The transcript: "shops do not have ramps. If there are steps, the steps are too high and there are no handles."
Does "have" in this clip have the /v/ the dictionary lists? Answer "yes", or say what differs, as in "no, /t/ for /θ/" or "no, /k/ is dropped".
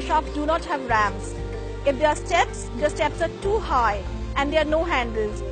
yes